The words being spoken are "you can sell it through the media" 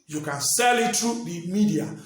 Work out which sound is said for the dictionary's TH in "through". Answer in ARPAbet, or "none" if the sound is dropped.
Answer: T